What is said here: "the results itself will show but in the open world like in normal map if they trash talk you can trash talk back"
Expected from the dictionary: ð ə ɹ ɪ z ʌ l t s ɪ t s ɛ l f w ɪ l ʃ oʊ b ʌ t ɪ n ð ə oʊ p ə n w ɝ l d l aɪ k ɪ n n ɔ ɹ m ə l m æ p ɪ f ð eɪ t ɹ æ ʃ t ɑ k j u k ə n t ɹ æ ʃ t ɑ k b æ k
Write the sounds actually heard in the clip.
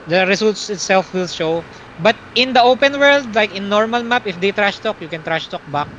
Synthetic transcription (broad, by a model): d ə ɹ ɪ s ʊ l t s ɪ t s ɛ l f w ɪ l ʃ oʊ b ʌ t ɪ n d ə oʊ p ə n w ɝ l d l aɪ k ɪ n n ɔ ɹ m ə l m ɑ p ɪ f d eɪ t ɹ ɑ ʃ t ɑ k j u k ə n t ɹ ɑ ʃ t ɑ k b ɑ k